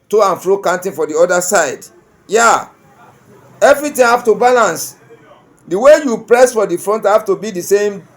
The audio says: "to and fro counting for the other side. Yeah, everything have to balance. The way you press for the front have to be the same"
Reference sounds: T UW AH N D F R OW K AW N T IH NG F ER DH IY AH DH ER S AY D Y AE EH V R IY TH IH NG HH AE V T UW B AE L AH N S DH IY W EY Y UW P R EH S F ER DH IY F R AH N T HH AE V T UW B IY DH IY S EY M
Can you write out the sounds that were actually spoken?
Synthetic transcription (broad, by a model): T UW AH N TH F R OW K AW N T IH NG F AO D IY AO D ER S AY D Y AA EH V R IY T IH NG HH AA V T UW B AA L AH N S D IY W EY Y UW P R EH S F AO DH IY F R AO N T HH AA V T UW B IY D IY S EY M